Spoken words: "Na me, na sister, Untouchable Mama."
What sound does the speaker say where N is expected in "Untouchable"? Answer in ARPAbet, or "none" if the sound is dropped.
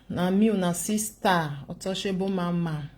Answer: none